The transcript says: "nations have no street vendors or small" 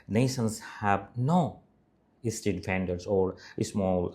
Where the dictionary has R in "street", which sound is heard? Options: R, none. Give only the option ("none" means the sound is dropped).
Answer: none